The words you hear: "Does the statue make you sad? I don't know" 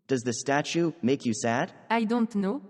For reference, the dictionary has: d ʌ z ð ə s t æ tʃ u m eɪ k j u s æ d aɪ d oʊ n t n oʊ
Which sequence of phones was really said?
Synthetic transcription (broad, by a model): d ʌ z ð ə s t æ tʃ u m eɪ k j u s æ d aɪ d oʊ n t n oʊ